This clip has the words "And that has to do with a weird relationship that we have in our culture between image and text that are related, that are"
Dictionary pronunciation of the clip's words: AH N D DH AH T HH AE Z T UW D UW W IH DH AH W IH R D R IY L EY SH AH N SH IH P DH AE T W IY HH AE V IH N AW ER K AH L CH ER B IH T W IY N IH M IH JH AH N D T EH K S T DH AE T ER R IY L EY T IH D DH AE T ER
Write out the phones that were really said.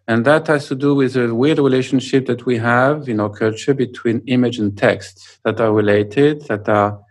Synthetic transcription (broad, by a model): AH N DH AH T HH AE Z T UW D UW W IH DH AH W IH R D R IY L EY SH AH N SH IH P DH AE T W IY HH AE V IH N AW ER K AH L CH ER B IH T W IY N IH M IH JH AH N T EH K S T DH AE T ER R IY L EY T IH D DH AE T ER